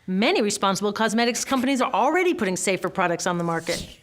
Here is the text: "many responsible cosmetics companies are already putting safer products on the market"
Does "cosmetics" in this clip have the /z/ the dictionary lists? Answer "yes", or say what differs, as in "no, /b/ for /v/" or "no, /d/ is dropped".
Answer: yes